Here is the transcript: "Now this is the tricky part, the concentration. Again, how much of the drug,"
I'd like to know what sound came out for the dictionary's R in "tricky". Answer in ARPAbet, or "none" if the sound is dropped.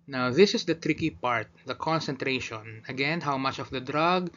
R